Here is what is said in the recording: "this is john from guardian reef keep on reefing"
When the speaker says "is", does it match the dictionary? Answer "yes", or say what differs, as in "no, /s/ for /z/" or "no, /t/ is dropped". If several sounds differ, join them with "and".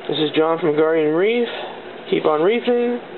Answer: yes